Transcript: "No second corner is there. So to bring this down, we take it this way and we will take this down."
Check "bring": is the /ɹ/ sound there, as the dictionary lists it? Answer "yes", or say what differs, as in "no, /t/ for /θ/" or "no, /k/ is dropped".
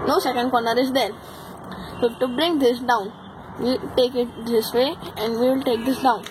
yes